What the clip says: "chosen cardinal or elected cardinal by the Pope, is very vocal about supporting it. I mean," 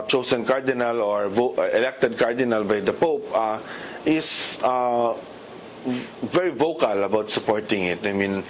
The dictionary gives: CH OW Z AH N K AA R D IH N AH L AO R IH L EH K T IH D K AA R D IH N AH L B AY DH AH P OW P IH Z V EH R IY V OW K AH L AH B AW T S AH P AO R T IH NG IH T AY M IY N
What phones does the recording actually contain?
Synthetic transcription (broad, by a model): CH OW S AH N K AA R D IH N AH L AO R IH L EH K T IH D K AA R D IH N AH L B AY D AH P OW P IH S V EH R IY V OW K AH L AH B AW T S AH P AO R T IH NG IH T AY M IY N